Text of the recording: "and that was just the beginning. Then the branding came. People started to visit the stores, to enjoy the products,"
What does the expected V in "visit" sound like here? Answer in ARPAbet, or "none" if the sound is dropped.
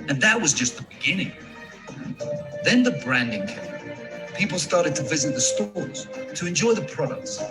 V